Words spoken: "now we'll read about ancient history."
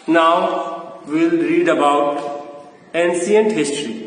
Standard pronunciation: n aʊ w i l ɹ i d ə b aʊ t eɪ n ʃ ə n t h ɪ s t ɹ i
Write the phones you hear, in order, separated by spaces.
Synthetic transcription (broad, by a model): n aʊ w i l ɹ i d ə b aʊ t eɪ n s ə n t h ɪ s t ɹ i